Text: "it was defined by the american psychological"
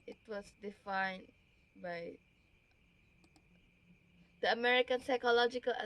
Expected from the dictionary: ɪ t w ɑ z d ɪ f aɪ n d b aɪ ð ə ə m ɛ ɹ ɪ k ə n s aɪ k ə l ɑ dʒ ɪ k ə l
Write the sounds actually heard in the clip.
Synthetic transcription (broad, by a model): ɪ t w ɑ s d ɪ f aɪ n b aɪ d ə ə m ɛ ɹ ɪ k ə n s aɪ k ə l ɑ dʒ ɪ k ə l